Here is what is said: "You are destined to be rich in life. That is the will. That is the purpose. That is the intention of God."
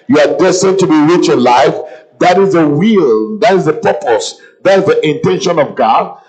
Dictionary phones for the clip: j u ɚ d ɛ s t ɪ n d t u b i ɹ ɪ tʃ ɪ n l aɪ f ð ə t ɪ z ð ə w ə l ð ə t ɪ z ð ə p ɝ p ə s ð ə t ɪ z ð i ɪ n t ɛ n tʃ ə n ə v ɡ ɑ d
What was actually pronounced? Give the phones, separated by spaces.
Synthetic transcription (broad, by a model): j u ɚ d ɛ s t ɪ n t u b i ɹ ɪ tʃ ɪ n l aɪ f ð ə t ɪ z ð ə w ə l ð ə t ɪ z ð ə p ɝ p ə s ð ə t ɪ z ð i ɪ n t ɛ n ʃ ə n ə v ɡ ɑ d